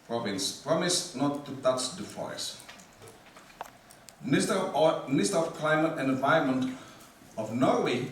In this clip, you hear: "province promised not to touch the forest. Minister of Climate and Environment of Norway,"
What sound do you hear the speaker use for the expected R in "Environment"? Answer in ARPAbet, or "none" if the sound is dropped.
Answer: none